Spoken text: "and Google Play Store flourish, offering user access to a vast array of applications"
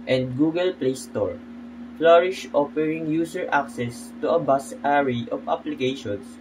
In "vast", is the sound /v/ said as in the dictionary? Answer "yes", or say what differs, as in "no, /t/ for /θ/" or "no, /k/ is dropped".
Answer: no, /b/ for /v/